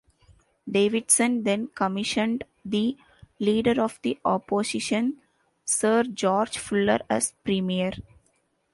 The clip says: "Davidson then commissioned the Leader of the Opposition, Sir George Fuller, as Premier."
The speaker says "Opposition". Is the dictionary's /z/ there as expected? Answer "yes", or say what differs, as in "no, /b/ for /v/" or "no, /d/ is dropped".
no, /s/ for /z/